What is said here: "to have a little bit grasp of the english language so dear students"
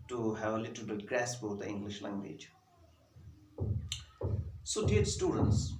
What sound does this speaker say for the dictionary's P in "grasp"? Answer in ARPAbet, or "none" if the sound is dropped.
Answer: B